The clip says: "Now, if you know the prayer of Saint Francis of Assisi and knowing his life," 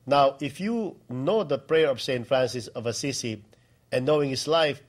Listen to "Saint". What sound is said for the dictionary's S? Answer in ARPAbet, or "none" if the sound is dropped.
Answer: S